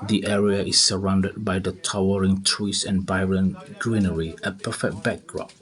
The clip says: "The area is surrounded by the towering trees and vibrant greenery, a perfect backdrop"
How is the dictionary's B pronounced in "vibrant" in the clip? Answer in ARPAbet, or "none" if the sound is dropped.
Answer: none